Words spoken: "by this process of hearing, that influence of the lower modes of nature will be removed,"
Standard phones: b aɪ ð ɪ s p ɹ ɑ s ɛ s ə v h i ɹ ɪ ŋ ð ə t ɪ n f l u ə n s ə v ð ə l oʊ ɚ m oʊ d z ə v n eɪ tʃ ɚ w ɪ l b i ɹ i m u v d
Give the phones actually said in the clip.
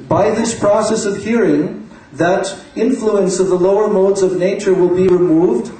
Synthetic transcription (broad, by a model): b aɪ ð ɪ s p ɹ ɑ s ɛ s ə v h i ɹ ɪ ŋ ð ə t ɪ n f l u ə n s ə v ð ə l oʊ ɚ m oʊ d z ə v n eɪ tʃ ɚ w ɪ l b i ɹ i m u v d